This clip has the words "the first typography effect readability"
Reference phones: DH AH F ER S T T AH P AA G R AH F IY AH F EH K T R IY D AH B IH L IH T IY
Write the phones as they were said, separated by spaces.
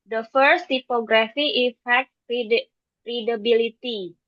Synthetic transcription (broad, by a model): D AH F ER S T T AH P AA G R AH F IY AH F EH T R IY D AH B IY L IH T IY